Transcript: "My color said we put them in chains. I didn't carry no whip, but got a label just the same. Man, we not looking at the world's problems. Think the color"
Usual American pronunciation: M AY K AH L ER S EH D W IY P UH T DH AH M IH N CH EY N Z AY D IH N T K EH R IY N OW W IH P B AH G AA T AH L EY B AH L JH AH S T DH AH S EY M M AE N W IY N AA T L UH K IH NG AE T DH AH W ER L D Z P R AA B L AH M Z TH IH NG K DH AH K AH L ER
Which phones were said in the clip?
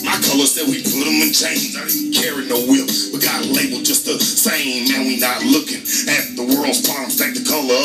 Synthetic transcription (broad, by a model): M AY K AH L ER S EH D W IY P UH T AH M IH N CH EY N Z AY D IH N K EH R IY N OW W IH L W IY G AA T AH L EY B L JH AH S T DH AH S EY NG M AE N W IY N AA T L UH K IH NG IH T DH AH W ER L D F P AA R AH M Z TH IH K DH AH K AH L ER